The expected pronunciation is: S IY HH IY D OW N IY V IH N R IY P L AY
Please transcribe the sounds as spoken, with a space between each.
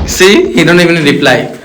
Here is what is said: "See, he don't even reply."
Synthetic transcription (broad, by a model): S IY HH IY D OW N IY B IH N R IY P L AY